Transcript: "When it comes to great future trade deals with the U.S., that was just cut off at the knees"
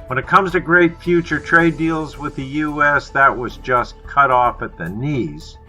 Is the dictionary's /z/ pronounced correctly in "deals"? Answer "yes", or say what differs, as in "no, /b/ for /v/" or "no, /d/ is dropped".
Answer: yes